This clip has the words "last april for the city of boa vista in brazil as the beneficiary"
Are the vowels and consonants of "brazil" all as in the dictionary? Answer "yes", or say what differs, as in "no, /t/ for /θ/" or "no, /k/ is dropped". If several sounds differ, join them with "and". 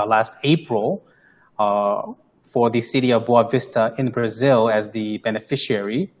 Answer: yes